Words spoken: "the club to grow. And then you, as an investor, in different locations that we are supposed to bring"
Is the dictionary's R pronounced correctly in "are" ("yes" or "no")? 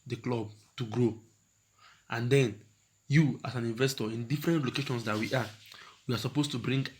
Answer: no